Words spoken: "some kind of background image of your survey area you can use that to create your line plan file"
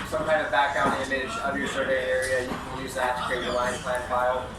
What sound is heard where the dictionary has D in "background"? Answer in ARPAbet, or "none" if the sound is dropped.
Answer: none